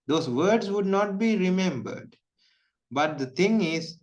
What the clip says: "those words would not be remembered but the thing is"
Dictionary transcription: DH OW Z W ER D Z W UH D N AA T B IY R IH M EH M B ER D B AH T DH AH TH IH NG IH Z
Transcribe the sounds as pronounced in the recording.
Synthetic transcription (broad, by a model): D OW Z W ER D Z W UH D N AA T B IY R IH M EH M B ER D B AH T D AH T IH NG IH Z